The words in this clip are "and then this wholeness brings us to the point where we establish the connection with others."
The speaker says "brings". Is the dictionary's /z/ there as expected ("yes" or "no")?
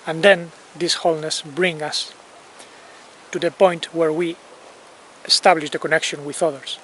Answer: no